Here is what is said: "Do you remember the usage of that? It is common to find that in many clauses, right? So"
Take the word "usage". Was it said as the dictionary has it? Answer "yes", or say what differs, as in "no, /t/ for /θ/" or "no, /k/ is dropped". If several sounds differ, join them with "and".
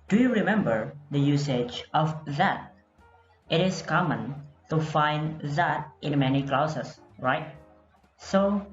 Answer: yes